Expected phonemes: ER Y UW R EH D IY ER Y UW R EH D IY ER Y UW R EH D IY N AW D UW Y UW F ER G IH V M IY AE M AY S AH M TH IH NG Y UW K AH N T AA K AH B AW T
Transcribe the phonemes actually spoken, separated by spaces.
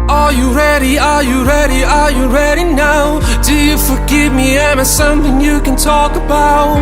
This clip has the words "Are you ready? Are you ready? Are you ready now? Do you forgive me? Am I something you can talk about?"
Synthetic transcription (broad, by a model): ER Y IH R EH D IY ER Y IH R EH D IY ER Y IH R EH D IY N AW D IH Y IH F ER G IH V M IY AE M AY S AH M TH IH NG Y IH K AH N T AA K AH B AW T